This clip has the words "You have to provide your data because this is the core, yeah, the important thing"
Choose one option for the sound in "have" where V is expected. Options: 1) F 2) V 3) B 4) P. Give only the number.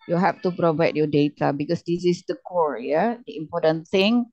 1